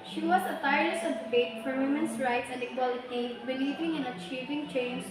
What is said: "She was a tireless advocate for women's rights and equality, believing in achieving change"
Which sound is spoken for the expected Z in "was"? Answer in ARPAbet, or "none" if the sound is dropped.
S